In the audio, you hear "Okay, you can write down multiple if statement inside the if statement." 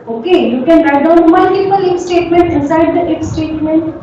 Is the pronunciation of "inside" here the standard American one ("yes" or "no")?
no